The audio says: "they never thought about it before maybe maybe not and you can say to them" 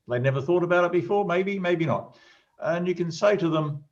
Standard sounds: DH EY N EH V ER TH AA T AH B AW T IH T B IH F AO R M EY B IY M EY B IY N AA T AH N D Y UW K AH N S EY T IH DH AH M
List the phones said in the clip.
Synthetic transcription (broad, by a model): DH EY N EH V ER TH AA T AH B AW T IH T B IH F AO R M EY B IY M EY B IY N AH T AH N Y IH K AH N S EY T IH DH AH M